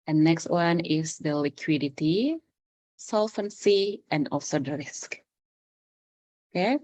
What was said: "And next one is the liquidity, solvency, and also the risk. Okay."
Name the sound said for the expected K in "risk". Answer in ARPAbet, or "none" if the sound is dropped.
K